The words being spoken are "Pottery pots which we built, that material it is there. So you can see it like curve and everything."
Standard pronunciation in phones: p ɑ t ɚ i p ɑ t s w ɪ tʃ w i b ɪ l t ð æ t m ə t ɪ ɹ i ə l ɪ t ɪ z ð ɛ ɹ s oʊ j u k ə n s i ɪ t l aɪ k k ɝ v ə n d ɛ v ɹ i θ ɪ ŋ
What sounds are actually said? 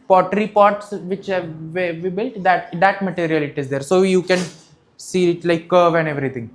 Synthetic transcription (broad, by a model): p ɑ t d i p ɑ t s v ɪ tʃ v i b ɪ l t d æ t m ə t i ɹ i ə l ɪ t ɪ z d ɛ ɹ s oʊ j u k ə n s i ɪ t l aɪ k k ɝ v ə n d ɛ v ɹ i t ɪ ŋ